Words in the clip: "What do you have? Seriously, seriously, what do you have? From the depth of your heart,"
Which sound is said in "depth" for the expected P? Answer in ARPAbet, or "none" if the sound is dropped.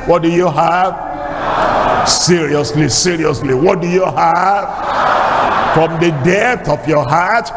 none